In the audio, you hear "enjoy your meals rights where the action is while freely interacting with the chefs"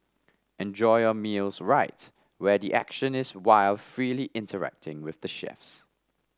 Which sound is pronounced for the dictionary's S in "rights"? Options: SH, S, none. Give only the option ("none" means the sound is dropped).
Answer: none